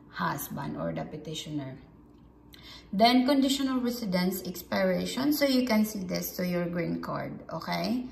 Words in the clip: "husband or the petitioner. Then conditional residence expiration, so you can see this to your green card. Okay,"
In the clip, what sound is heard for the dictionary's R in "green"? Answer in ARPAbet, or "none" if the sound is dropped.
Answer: R